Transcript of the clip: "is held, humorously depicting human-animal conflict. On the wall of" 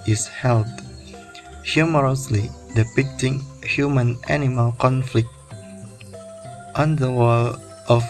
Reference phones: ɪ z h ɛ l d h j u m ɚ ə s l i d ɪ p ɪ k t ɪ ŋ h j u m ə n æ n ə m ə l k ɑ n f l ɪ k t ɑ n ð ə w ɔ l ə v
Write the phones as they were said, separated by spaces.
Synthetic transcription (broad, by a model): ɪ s h ɛ l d h j u m ɚ ə s l i d ɪ p ɪ k t ɪ ŋ h j u m ə n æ n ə m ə l k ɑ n f l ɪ k t ɑ n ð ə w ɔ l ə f